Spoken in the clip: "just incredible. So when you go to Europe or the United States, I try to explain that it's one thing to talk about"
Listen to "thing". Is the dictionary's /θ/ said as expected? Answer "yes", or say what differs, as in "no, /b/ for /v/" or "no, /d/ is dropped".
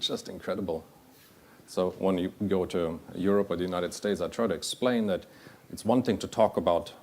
yes